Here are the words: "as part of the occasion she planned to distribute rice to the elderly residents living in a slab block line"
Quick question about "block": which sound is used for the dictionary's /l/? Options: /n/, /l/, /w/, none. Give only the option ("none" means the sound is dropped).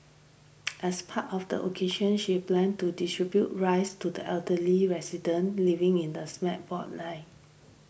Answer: none